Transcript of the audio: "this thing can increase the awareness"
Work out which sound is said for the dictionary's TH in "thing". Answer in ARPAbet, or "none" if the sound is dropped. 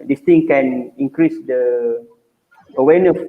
T